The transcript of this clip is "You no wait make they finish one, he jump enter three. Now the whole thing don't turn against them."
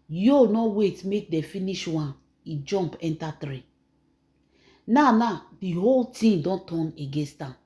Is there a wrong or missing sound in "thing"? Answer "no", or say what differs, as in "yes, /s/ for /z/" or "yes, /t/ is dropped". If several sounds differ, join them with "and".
yes, /t/ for /θ/